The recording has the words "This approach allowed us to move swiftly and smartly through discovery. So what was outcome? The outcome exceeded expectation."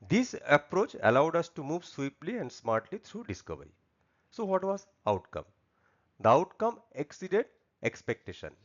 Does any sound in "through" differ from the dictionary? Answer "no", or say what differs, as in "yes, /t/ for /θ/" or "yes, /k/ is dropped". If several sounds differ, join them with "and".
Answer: yes, /t/ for /θ/